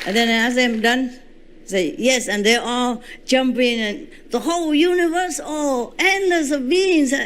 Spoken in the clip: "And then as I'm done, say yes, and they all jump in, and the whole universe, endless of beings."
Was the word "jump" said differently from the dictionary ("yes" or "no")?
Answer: no